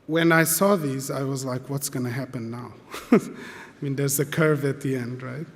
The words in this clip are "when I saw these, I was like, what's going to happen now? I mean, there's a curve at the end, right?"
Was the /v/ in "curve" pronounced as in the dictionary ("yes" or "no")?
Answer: yes